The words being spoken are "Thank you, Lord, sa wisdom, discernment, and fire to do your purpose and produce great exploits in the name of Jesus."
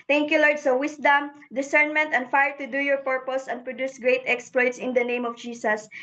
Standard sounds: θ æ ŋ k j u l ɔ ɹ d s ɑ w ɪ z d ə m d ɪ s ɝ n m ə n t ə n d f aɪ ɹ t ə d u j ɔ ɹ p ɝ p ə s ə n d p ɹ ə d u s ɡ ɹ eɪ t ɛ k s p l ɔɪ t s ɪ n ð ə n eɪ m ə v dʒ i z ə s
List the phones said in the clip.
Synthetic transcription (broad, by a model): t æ ŋ k j u l ɔ ɹ d s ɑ w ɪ s d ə m d ɪ s ɝ n m ə n t ə n d f aɪ ɹ t ə d u j ɔ ɹ p ɝ p ə s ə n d p ɹ ə d u s ɡ ɹ eɪ t ɛ k s p l ɔɪ t s ɪ n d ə n eɪ m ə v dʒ i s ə s